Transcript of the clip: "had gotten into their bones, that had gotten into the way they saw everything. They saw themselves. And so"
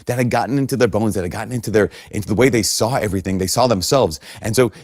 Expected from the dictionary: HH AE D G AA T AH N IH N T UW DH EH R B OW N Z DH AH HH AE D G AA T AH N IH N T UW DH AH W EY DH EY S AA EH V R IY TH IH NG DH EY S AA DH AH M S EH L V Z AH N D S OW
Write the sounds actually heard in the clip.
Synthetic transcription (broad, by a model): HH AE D G AA T N IH N T UW DH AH R B OW N Z DH AH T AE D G AA T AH N IH N T UW DH AH W EY DH EY S AA EH V R IY TH IH NG DH EY S AA DH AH M S EH L V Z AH N S OW